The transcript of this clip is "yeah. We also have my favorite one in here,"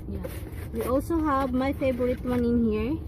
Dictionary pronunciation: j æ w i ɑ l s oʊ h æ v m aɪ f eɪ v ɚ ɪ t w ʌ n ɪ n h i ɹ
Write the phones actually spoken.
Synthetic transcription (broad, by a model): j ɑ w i ɑ l s oʊ h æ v m aɪ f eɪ b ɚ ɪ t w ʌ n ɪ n h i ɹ